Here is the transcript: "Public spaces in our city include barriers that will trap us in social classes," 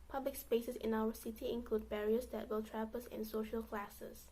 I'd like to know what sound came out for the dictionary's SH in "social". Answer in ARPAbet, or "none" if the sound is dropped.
SH